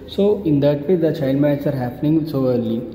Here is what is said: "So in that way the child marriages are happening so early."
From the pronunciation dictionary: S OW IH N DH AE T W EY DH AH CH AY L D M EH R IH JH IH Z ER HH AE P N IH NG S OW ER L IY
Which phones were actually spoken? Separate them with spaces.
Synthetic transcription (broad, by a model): S OW IH N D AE T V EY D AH CH AY L D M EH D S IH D HH AE P N IH NG S OW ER L IY